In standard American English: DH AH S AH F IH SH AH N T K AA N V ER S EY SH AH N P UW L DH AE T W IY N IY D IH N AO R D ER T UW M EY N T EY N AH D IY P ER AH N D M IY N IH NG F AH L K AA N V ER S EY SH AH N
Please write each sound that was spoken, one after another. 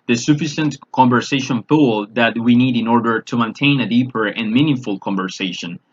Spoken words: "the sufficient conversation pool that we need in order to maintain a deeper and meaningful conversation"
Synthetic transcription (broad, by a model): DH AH S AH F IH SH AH N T K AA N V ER S EY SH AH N F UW L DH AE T W IY N IY D IH N AO R D ER T UW M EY N T EY N AH D IY P ER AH N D M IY N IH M F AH L K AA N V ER S EY SH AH N